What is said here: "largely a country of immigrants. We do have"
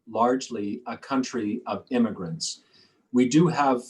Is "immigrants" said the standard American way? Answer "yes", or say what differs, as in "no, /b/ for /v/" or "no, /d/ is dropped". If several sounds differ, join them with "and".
yes